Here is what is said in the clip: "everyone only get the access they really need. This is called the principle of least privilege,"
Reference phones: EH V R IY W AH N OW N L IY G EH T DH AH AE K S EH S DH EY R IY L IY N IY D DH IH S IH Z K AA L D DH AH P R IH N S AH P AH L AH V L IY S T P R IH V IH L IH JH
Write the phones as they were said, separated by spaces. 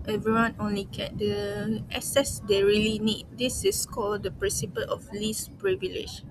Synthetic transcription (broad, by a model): EH V R IY W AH N OW N L IY G EH T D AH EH S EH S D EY R IY L IY N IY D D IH S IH S K AA L D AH P R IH N S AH P AH L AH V L IY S P R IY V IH L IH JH